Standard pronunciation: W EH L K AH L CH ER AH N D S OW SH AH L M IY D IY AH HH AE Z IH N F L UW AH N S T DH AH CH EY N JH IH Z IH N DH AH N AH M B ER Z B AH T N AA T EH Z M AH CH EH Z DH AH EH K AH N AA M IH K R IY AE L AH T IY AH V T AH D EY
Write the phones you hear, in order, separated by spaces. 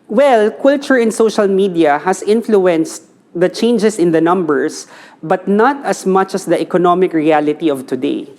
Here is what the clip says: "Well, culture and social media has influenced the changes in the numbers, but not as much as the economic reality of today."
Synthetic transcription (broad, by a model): W EH L K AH L CH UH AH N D S OW SH AH L M IY D IY AH HH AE S IH N F L UW AH N S T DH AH CH EY N JH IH S IH N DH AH N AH M B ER S B AH T N AA T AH S M AH CH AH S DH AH EH K AH N AA M IH K R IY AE L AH T IY AH V T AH D EY